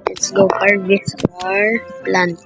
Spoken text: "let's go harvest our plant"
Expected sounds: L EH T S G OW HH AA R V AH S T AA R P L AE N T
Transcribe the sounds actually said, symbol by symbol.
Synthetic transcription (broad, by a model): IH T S G OW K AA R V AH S AA R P L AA N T